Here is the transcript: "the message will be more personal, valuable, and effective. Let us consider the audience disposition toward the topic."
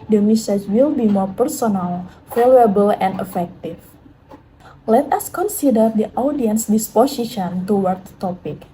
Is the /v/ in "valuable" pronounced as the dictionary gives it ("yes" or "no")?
no